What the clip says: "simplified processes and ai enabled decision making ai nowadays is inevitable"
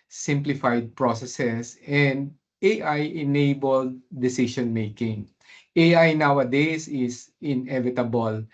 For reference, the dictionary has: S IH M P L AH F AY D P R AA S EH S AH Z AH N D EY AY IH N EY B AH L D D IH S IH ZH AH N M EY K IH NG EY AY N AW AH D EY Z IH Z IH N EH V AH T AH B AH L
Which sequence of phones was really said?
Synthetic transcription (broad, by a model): S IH M P L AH F AY D P R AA S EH S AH S AH N D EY AY IH N EY B AH L D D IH S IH SH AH N M EY K IH NG EY AY N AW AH D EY S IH S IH N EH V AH T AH B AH L